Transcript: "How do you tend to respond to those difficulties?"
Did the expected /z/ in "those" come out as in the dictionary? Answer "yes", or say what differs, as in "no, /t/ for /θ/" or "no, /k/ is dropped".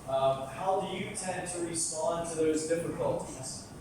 yes